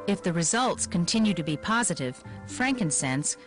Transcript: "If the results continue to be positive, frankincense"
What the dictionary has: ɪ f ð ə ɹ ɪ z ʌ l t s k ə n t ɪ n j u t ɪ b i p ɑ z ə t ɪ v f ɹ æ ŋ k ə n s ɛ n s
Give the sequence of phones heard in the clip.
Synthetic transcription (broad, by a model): ɪ f ð ə ɹ ɪ z ʌ l t s k ə n t ɪ n j u t ɪ b i p ɑ z ə t ɪ v f ɹ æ ŋ k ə n s ɛ n s